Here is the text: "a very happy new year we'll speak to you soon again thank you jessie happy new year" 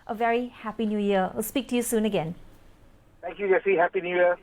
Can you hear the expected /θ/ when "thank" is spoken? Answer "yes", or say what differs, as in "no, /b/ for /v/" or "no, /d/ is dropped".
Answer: no, /t/ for /θ/